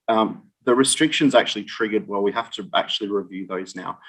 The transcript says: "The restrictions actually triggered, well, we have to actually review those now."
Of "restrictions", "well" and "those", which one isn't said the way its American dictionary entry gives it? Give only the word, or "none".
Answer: none